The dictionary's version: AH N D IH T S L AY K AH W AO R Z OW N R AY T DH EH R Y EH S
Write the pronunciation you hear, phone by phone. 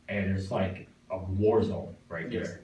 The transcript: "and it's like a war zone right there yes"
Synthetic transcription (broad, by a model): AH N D IH T S L AY K AH W AO R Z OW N R AY T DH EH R